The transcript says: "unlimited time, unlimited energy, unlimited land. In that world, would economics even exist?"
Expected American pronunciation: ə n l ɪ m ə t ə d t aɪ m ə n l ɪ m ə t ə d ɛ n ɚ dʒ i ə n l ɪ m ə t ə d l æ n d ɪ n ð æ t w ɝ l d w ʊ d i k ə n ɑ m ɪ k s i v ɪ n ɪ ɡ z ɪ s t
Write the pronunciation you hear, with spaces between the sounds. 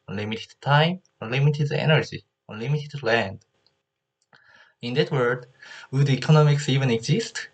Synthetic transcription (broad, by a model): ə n l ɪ m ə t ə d t aɪ m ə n l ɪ m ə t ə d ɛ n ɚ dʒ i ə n l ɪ m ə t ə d l æ n d ɪ n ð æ t w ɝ d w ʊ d i k ə n ɑ m ɪ k s i v ɪ n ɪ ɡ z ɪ s t